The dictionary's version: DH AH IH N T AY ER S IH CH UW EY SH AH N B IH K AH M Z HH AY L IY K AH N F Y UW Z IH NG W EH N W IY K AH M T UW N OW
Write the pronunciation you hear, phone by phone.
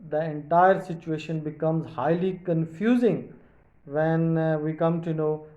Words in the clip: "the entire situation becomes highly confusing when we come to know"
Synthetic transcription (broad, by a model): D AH IH N T AY ER S IH CH UW EY SH AH N B IH K AH M Z HH AY L IY K AH N F Y UW Z IH NG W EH N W IY K AH M T UW N OW